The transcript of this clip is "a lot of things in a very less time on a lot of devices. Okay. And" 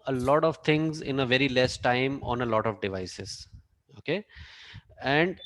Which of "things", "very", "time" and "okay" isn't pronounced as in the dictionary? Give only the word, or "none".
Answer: things